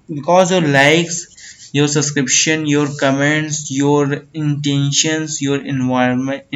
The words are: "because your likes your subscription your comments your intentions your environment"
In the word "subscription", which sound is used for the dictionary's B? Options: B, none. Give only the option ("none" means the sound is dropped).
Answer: none